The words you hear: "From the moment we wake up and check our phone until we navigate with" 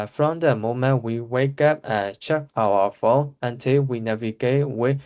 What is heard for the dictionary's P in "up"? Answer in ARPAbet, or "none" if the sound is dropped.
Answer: P